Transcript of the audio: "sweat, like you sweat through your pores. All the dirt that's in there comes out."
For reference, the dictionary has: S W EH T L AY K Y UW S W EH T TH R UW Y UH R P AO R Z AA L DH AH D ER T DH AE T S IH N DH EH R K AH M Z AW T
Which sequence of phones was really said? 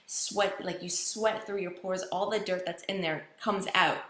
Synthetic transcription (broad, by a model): S W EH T L AY K Y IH S W EH T TH R UW Y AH R P AO R Z AA L DH AH D ER T DH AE T S IH N DH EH R K AH M Z AW T